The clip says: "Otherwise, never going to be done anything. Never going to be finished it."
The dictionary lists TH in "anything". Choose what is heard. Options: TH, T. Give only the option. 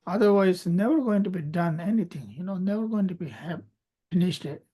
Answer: T